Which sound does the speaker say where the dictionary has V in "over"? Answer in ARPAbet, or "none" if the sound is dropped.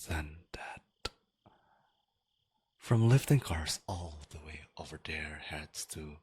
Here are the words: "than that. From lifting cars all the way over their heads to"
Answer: V